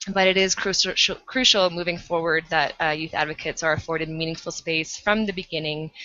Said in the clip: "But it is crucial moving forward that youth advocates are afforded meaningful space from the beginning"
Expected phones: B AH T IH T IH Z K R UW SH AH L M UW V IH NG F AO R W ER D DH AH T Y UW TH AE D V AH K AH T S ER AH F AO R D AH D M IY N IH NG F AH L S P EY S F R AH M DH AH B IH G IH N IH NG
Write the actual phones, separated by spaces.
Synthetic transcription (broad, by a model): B AH T IH T IH Z K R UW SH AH L M UW V IH NG F AO R W ER D DH AH T Y UW TH AE D V AH K AH T S ER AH F AO R D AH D M IY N IH NG F L S P EY S F R AH M DH AH B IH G IH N IH NG